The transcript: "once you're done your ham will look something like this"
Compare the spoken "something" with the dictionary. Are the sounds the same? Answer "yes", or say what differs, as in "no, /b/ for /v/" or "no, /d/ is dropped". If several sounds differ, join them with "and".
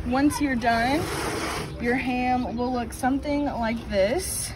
yes